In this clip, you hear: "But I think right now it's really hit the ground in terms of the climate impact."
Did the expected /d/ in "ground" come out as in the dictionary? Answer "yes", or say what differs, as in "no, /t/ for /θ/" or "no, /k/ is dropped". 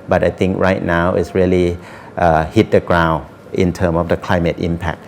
no, /d/ is dropped